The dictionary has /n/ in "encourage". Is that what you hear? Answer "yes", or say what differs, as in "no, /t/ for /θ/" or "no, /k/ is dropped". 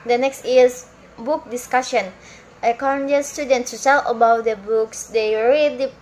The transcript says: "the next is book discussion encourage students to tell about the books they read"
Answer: no, /n/ is dropped